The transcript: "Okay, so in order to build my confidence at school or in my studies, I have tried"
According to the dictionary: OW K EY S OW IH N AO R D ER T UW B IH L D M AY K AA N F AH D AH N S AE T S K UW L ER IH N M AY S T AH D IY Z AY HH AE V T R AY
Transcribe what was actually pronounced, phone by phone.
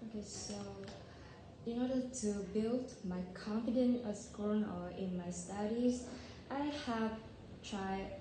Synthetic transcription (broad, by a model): OW K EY S OW IH N AO R D ER T UW B IH L D M AY K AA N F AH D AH N AH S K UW N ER IH N M AY S T AH D IY Z AY HH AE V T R AY